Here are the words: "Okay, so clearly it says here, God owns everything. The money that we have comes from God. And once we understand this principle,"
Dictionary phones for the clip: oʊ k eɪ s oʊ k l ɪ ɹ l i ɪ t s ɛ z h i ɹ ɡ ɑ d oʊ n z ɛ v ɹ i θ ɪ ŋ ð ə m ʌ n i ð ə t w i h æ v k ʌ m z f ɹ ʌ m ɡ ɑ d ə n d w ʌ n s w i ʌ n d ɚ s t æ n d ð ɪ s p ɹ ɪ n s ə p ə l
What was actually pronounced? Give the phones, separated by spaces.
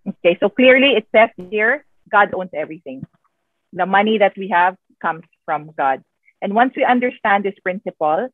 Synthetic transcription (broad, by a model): oʊ k eɪ s oʊ k l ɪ ɹ l i ɪ t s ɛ s h i ɹ ɡ ɑ d oʊ n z ɛ v ɹ i θ ɪ ŋ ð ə m ʌ n i ð ə t w i h æ v k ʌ m s f ɹ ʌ m ɡ ɑ d ə n d w ʌ n s w i ʌ n d ɚ s t æ n d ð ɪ s p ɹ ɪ n s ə p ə l